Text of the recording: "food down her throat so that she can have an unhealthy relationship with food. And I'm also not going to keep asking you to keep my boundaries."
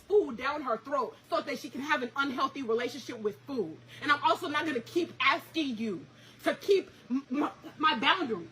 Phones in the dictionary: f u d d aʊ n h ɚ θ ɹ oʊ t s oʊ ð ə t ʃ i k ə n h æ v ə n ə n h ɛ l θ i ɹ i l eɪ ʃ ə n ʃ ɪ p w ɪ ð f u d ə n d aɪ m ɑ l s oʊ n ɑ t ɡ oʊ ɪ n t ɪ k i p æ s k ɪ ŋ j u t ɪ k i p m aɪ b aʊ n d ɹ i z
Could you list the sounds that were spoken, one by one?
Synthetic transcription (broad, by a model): f u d d aʊ n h ɚ θ ɹ oʊ t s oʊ ð ə t ʃ i k ə n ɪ v ə n ə n h ɛ l θ i ɹ i l eɪ ʃ ə n ʃ ɪ p w ɪ ð f u d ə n aɪ m ɑ l s oʊ n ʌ t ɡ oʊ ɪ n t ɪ k i p æ s k ɪ ŋ j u t ɪ k i p m aɪ b aʊ n d ɹ i